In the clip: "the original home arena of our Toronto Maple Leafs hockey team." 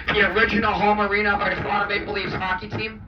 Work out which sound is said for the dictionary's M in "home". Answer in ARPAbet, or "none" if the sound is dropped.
M